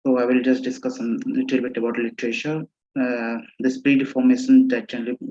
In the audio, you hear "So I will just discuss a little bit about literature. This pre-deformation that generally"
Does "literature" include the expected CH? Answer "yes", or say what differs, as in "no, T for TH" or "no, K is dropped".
no, SH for CH